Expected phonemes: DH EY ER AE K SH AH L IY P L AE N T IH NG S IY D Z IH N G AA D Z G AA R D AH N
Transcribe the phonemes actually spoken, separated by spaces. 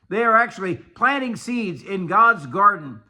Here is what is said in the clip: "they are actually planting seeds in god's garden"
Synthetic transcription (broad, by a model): DH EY ER AE K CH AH L IY P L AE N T IH NG S IY D Z IH N G AA D Z G AA R D N